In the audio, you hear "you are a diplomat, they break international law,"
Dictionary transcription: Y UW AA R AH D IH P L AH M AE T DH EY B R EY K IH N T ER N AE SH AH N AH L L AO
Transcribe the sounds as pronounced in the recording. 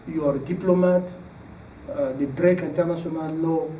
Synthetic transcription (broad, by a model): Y AA R D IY P L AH M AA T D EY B R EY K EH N T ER N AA S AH N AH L L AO